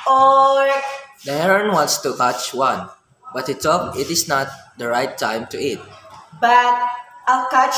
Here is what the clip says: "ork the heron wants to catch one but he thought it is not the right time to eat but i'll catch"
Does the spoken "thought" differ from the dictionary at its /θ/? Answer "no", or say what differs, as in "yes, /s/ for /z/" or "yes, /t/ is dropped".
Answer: yes, /t/ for /θ/